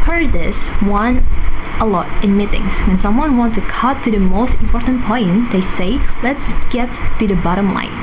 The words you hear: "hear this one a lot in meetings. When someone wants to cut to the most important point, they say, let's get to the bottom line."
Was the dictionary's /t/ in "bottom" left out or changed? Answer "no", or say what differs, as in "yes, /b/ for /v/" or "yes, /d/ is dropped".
no